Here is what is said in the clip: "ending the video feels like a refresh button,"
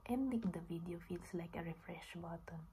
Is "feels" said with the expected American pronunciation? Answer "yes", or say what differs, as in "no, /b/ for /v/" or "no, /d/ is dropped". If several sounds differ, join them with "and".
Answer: no, /s/ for /z/